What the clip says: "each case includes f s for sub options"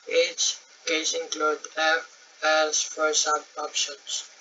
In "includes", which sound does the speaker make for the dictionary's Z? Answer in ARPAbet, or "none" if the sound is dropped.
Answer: none